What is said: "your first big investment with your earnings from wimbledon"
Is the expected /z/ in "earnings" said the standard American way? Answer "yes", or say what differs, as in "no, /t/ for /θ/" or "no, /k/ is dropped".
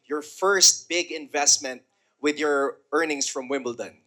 no, /s/ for /z/